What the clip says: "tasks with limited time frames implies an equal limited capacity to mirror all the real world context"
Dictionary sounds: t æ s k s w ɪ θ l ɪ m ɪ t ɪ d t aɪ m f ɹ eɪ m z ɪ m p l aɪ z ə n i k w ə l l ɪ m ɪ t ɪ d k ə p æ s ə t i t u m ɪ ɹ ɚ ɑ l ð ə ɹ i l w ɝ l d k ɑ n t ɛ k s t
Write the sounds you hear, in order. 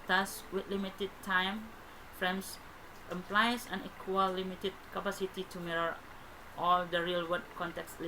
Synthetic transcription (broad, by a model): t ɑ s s w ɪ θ l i m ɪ t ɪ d t aɪ m f ɹ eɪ m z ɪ m p l aɪ s ə n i k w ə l l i m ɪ t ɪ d k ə p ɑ s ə t i t u m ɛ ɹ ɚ ɑ l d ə ɹ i l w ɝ d k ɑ n t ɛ k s